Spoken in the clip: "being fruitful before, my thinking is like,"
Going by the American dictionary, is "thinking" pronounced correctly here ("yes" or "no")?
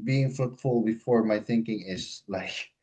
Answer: yes